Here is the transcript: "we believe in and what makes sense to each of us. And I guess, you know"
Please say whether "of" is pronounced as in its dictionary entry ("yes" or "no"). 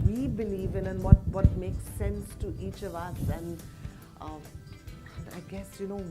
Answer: yes